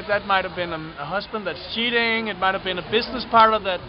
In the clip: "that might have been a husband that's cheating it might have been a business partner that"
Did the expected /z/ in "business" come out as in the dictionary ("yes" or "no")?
yes